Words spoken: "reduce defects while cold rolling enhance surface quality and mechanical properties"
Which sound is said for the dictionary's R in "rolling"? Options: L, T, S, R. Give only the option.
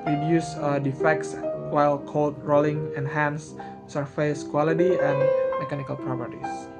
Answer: R